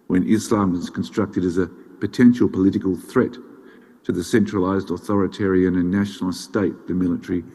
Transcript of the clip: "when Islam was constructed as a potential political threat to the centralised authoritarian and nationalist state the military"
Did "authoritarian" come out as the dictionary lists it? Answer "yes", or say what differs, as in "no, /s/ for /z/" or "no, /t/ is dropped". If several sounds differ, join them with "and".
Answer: yes